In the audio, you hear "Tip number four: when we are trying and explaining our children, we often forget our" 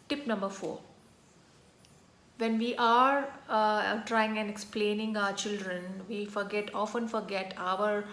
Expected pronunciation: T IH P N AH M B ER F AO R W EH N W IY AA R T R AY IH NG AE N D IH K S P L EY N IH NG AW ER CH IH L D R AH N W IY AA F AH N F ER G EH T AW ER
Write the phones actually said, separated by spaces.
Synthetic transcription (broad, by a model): T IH P N AH M B ER F AO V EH N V IY AA R T R AY IH NG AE N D IH K S P L EY N IH NG AW ER CH IH L D R AH N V IY AA F AH N F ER G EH T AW ER